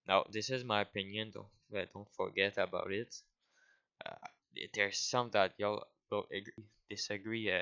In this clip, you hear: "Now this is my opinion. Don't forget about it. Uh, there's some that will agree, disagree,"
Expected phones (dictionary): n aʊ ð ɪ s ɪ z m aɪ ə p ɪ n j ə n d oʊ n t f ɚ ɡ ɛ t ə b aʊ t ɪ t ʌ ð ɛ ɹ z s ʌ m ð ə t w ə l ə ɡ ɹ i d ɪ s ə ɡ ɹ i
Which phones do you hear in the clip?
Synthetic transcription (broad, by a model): n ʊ ð ɪ s ɪ z m aɪ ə p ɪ n j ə n d oʊ n t f ɚ ɡ ɛ t ə b aʊ t ɪ t ʌ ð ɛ ɹ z s ʌ m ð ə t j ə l ə ɡ ɹ i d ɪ s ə ɡ ɹ i